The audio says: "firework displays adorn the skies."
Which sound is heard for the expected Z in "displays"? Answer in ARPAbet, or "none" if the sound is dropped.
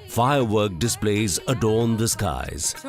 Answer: Z